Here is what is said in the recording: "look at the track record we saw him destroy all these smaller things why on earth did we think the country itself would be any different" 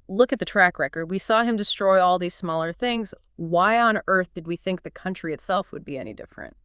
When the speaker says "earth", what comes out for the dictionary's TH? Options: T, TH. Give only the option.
TH